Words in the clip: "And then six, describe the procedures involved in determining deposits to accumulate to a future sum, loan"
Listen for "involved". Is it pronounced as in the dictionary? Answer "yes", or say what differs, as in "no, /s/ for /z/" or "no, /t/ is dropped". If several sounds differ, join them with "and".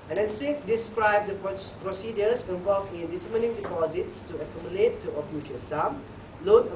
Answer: no, /d/ is dropped